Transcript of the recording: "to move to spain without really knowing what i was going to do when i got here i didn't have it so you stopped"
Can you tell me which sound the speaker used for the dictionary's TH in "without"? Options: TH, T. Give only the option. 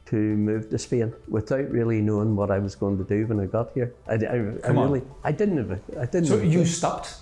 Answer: TH